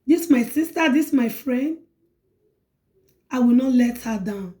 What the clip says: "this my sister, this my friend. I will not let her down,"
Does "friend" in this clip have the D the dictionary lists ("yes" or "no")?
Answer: yes